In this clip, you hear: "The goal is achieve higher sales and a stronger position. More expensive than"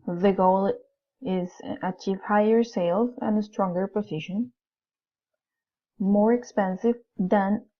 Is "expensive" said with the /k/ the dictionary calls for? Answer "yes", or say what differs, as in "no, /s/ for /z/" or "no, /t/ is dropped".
yes